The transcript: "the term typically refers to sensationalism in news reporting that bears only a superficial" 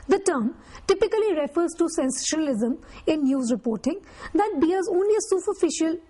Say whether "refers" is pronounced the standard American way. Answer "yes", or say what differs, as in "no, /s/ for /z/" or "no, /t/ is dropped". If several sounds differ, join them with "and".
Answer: yes